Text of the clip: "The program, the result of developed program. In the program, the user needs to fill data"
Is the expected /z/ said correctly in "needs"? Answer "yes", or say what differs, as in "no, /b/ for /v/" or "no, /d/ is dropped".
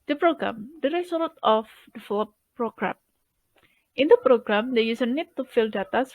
no, /z/ is dropped